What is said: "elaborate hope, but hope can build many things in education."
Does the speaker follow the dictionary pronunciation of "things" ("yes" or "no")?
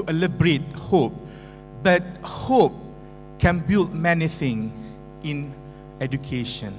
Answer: no